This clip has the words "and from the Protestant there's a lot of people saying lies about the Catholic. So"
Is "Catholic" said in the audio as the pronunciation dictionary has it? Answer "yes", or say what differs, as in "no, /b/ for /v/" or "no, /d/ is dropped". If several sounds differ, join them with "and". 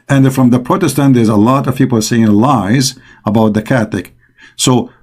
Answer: no, /l/ is dropped